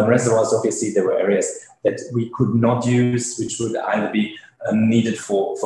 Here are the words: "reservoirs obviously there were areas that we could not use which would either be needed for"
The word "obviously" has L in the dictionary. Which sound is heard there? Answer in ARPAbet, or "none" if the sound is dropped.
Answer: none